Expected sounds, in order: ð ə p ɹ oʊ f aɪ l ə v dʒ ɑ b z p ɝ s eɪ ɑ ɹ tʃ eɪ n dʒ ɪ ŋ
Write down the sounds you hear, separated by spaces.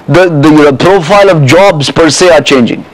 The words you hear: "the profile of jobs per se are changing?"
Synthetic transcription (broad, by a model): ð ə p ɹ oʊ f aɪ l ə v dʒ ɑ b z p ɝ s eɪ ɑ ɹ tʃ eɪ n dʒ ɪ ŋ